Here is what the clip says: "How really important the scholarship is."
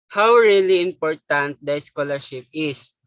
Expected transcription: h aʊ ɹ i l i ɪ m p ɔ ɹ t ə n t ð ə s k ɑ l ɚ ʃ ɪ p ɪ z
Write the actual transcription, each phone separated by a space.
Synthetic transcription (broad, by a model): h aʊ ɹ i l i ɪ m p ɔ ɹ t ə n t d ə s k ɑ l ɚ ʃ ɪ p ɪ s